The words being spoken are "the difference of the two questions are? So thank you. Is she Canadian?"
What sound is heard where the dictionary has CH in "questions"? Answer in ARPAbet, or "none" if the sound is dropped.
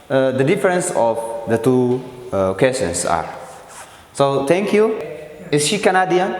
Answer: none